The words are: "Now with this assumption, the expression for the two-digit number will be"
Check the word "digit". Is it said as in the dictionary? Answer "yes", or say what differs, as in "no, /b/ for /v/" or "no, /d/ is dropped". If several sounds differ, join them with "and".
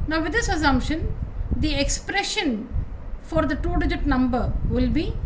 yes